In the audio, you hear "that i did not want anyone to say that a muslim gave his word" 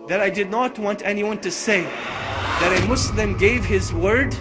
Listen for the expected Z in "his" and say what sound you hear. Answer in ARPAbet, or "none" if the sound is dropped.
Z